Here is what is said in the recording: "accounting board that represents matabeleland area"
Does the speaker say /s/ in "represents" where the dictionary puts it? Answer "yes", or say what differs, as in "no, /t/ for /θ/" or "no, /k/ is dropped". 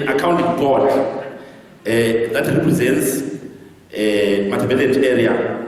yes